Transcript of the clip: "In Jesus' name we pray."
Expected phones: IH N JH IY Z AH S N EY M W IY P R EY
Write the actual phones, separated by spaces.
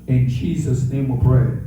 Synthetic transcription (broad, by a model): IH N JH IY Z AH S N EY M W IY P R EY